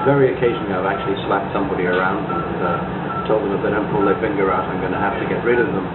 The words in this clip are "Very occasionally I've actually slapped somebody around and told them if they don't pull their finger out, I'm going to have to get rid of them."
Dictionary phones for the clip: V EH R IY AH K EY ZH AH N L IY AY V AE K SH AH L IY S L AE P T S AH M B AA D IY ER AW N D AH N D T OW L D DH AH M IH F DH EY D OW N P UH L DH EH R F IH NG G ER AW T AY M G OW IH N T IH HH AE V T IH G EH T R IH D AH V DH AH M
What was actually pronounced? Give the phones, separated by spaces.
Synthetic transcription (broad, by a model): V EH R IY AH K EY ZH N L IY AY V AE K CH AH L IY S L AE P T S AH M B AA D IY ER AW N D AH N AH T OW L D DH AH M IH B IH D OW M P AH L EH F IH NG G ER AW T AY M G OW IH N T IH HH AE F T IH G EH T R IH D AH V DH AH M